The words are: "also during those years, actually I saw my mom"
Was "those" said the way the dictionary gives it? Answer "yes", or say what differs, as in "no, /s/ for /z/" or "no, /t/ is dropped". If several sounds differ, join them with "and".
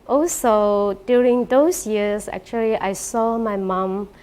no, /s/ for /z/